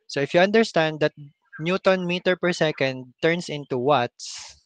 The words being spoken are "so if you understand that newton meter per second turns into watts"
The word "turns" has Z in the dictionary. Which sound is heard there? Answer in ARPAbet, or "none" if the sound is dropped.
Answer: S